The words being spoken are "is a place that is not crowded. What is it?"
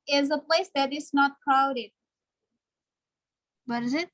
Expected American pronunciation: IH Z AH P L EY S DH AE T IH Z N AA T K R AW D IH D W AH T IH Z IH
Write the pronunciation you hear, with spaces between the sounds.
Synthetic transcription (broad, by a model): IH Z AH P L EY S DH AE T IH S N AA T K AW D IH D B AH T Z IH